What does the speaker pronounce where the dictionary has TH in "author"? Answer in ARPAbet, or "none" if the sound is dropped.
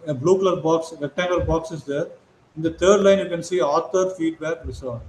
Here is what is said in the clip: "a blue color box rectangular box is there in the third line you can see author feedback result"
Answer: T